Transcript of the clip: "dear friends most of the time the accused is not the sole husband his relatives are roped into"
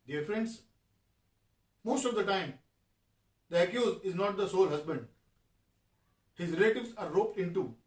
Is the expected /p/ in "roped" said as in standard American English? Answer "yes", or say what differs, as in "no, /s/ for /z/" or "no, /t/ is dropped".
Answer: yes